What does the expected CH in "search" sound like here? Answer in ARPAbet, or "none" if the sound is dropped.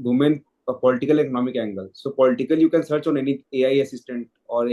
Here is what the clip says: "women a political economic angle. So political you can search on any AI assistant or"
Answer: CH